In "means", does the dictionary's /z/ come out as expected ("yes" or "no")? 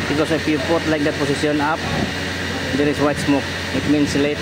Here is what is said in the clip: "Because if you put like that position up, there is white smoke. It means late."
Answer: no